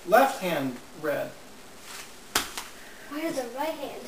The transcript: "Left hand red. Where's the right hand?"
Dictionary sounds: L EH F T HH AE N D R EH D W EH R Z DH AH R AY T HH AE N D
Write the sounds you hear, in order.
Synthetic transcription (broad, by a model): L EH F T HH AE N D R EH D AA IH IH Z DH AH R AY T HH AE N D